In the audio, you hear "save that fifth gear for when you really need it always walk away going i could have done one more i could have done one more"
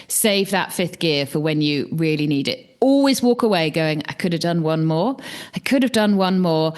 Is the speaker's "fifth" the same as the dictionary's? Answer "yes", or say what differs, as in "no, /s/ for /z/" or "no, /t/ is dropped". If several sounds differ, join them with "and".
yes